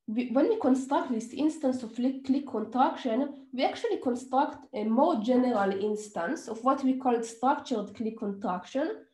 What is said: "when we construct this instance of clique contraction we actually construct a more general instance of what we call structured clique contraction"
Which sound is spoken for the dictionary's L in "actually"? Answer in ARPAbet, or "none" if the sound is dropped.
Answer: L